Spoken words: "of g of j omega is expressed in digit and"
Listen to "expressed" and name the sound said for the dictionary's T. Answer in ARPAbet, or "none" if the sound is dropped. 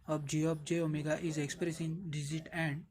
none